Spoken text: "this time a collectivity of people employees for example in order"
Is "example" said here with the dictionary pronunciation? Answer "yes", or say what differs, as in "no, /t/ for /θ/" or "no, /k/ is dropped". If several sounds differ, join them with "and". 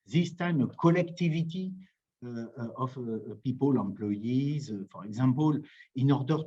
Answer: no, /m/ is dropped